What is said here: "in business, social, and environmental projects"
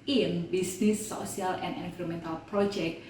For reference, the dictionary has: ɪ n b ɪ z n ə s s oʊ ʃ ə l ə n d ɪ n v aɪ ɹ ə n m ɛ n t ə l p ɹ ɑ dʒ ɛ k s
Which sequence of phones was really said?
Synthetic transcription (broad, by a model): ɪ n b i s n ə s s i ə l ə n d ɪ n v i ɹ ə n m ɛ n t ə l p ɹ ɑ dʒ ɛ k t